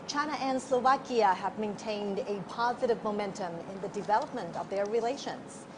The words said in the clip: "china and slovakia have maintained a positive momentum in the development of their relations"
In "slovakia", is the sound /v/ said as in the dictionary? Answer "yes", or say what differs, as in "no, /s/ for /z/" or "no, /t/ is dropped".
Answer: yes